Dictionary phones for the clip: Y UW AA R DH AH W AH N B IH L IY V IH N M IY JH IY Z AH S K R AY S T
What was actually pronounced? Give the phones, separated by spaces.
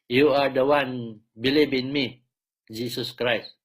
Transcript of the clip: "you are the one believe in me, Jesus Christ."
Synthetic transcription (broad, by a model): Y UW AA R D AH W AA N B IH L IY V IH N M IY JH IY S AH S K R AY S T